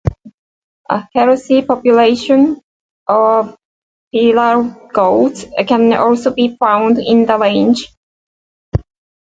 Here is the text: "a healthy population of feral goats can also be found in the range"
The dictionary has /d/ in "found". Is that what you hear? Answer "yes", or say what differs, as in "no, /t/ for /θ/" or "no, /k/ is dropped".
yes